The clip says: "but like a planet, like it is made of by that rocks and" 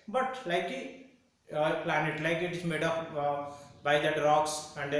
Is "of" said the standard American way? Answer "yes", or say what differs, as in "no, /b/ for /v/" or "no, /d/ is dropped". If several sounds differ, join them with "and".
no, /p/ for /v/